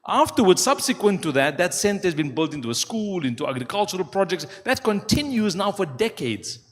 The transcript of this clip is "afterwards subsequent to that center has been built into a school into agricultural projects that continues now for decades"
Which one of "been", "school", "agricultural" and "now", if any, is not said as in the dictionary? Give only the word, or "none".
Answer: none